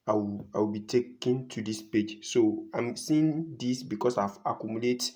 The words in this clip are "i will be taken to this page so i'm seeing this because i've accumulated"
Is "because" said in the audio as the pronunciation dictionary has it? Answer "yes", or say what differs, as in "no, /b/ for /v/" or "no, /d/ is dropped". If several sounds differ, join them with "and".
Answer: no, /s/ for /z/